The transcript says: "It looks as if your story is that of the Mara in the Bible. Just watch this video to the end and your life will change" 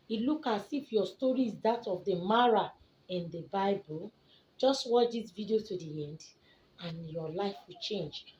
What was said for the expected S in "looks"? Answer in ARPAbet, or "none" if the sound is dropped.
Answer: none